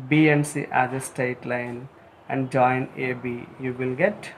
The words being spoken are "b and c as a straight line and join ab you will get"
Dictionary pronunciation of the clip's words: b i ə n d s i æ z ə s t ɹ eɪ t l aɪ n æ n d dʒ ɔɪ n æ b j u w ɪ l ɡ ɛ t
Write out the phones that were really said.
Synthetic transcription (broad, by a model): b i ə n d s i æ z ə s t eɪ t l aɪ n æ n d dʒ ɔɪ n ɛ b j u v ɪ l ɡ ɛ t